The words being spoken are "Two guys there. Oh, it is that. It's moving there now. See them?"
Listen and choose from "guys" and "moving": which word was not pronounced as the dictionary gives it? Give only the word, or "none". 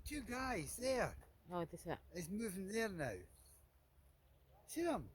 none